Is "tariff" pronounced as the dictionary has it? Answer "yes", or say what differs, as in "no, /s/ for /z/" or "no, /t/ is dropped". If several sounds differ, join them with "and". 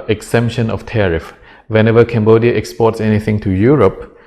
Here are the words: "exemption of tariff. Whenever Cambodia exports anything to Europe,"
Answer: yes